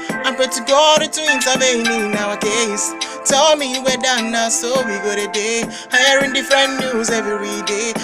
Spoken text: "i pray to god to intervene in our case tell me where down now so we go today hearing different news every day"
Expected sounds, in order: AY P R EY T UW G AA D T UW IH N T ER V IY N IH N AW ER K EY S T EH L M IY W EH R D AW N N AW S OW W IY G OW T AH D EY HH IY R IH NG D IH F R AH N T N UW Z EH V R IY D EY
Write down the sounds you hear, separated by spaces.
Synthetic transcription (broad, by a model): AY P EY T UW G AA D T UW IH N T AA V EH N IH N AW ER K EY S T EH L M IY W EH D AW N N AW S OW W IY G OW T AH D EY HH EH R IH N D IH F R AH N N UW Z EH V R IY D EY